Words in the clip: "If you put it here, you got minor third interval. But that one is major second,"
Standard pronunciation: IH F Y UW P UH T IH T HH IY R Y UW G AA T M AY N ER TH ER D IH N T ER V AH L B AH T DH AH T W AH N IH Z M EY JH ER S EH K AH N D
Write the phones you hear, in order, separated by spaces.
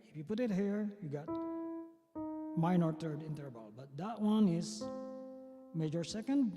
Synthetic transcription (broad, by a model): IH F Y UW P UH T IH T HH IY R Y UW G AA T M AY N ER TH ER D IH N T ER B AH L B AH T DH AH T W AH N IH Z M EY JH ER S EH K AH N D